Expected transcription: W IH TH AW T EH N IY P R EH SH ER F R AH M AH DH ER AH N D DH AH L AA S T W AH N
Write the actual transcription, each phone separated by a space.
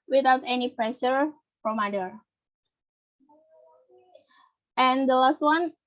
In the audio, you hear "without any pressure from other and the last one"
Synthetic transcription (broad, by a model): W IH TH AW T EH N IY P R EH SH ER F R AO M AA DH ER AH N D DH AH L AA S T W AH N